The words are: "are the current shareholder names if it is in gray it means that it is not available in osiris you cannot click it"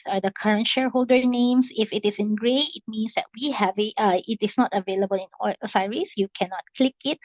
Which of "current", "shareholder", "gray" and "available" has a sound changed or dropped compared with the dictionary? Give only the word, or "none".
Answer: none